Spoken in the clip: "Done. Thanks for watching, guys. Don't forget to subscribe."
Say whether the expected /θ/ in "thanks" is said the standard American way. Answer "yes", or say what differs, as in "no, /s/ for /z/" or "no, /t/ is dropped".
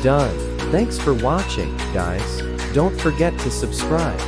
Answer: yes